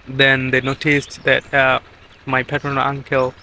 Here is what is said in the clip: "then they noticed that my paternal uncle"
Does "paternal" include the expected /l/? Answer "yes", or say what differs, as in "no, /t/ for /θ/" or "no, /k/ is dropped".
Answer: no, /n/ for /l/